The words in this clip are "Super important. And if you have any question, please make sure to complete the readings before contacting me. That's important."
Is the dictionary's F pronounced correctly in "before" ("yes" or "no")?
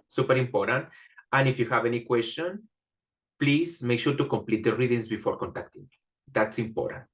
yes